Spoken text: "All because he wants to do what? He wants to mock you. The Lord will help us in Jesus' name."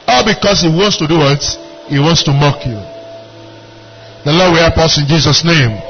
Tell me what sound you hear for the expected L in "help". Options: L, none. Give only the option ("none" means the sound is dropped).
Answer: none